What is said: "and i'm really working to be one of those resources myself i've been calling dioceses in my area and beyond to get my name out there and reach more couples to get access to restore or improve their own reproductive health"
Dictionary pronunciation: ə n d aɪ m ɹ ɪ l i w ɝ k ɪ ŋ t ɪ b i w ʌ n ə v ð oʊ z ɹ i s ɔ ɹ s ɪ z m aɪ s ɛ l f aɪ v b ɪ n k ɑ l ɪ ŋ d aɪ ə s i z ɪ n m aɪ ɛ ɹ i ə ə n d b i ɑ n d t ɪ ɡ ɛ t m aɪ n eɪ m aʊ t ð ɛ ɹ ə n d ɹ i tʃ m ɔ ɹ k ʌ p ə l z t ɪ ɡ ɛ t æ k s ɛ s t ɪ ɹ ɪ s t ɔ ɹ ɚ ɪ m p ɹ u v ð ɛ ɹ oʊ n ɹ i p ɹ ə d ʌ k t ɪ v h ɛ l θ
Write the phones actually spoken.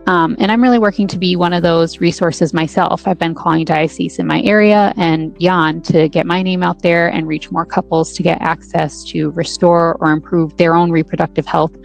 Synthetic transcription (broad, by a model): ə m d aɪ m ɹ ɪ l i w ɝ k ɪ ŋ t ɪ b i w ʌ n ə v ð oʊ z ɹ i s ɔ ɹ s ɪ z m aɪ s ɛ l f aɪ v b ɪ n k ɑ l ɪ ŋ d aɪ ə s i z ɪ n m aɪ ɛ ɹ i ə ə n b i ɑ n t ɪ ɡ ɛ t m aɪ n eɪ m aʊ t ð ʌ ɹ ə n ɹ i tʃ m ɔ ɹ k ʌ p l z t ɪ ɡ ɛ t æ k s ɛ s t ɪ ɹ ɪ s t ɔ ɹ ɚ ɪ m p ɹ u v ð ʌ ɹ oʊ n ɹ i p ɹ ə d ʌ k t ɪ v h ɛ l θ